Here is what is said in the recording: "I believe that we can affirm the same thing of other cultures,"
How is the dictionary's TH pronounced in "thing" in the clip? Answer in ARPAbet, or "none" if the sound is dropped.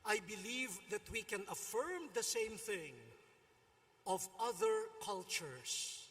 TH